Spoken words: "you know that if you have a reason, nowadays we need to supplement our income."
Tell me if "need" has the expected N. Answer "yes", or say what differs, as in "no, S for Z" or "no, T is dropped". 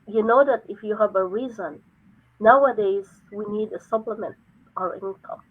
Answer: yes